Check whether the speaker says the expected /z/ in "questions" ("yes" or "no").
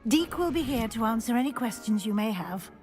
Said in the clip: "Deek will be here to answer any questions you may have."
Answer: yes